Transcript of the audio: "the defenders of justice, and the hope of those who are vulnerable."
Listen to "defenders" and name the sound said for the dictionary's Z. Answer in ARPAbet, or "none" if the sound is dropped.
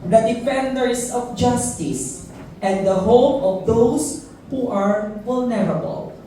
S